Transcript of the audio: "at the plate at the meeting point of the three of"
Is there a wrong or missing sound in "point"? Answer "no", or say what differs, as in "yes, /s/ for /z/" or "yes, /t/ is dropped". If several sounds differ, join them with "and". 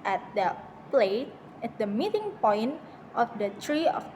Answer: no